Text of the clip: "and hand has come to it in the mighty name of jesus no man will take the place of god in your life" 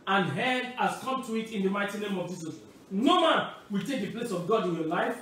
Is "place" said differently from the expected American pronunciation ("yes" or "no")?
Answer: no